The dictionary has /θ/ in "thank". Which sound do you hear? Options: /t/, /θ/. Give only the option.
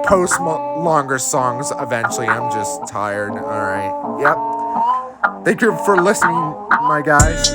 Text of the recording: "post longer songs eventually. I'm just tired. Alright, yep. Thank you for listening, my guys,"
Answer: /θ/